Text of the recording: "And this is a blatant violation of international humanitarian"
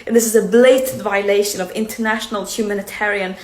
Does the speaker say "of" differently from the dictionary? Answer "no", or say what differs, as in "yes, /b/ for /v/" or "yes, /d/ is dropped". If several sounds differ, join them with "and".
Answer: no